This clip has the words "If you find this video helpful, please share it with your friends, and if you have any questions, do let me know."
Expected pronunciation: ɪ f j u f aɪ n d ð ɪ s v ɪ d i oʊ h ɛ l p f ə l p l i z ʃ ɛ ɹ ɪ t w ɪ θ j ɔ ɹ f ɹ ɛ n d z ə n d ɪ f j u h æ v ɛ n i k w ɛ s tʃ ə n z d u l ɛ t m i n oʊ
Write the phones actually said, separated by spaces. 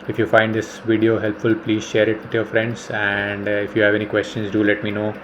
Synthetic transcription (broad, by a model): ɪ f j u f aɪ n d ɪ s v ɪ d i oʊ h ɛ l p f ə l p l i z ʃ ɛ ɹ ɪ t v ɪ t j ɔ ɹ f ɹ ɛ n d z ə n d ɪ f j u h æ v ɛ n i k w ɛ s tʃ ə n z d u l ɛ t m i n oʊ